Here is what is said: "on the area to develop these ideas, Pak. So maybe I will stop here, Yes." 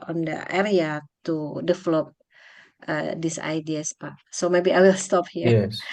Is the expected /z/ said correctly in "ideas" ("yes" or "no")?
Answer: no